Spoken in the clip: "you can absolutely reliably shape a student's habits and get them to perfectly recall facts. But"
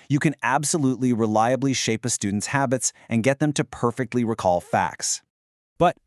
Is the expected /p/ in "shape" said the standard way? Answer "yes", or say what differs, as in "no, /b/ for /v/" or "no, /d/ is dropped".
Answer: yes